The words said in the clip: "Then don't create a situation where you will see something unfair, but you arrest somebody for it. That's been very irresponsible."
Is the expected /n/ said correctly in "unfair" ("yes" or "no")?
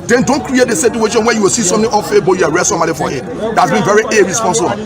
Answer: no